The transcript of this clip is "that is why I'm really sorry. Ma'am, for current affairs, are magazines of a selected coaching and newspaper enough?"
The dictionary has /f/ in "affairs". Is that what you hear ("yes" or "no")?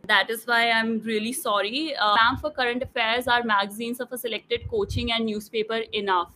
yes